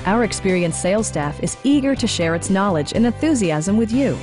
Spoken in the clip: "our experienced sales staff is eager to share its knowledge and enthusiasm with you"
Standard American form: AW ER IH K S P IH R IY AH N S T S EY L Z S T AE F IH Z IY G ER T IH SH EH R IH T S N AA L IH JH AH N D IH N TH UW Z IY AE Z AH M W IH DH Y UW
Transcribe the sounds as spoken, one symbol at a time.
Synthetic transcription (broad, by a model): AW ER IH K S P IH R IY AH N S S EY L S T AE F IH Z IY G ER T IH SH EH R IH T S N AA L IH JH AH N IH N TH UW Z IY AE Z AH M W IH DH Y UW